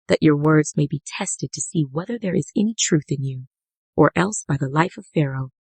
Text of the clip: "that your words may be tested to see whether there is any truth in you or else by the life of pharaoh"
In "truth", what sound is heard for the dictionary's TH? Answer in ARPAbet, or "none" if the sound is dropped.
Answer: TH